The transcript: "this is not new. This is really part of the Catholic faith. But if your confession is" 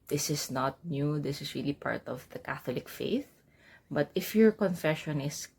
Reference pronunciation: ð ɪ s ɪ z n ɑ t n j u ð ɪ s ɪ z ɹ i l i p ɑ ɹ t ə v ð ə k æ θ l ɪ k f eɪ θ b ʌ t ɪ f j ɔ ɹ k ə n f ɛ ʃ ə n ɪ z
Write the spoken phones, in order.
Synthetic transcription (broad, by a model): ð ɪ s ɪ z n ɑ t n j u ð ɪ s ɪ s ɹ i l i p ɑ ɹ t ə v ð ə k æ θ l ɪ k f eɪ θ b ʌ t ɪ f j ɔ ɹ k ə n f ɛ ʃ ə n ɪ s